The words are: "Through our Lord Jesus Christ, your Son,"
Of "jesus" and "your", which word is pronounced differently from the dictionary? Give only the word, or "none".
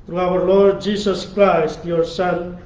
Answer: jesus